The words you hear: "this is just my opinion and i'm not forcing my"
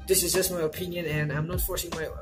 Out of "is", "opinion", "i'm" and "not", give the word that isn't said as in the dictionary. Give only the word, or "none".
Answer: none